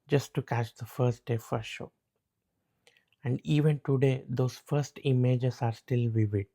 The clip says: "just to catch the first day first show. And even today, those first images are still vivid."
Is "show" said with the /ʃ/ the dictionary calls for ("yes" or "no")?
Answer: yes